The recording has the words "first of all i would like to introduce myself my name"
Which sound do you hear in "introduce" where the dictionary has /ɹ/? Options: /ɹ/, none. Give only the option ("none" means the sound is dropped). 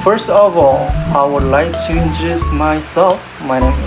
none